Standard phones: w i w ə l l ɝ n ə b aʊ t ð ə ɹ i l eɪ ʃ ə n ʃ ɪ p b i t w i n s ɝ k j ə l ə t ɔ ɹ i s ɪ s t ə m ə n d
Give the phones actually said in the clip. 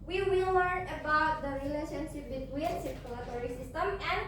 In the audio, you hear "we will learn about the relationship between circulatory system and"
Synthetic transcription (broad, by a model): w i w ə l w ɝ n ə b aʊ t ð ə ɹ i l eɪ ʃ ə n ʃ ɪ p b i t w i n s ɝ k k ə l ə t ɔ ɹ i s ɪ s t ə m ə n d